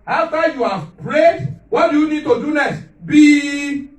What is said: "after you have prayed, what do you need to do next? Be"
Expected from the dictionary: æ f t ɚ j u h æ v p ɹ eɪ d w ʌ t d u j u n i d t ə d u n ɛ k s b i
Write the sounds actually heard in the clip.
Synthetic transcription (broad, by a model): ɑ f t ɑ j u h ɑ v p ɹ eɪ d w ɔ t d u j u n i d t ə d u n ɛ s b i